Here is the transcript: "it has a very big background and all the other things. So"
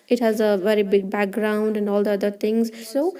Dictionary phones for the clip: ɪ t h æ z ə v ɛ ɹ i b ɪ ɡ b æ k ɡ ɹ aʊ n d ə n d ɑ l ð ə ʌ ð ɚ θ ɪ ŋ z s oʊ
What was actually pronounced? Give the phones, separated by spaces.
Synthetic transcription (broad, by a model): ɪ t h æ z ə v ɛ ɹ i b ɪ ɡ b æ k ɡ ɹ aʊ n d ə n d ɑ l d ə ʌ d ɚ t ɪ ŋ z s oʊ